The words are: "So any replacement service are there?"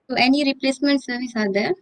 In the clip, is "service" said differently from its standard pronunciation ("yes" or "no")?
no